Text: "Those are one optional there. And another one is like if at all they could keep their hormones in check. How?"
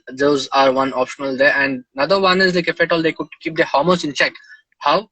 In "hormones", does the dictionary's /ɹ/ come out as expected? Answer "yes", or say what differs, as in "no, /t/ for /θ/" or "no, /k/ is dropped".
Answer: no, /l/ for /ɹ/